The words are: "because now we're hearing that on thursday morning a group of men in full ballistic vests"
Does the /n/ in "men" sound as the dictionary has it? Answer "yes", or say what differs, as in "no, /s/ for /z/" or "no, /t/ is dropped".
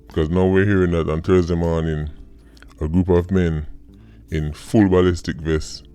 yes